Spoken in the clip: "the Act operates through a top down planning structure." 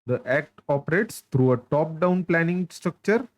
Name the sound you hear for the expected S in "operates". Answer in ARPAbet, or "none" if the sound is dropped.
S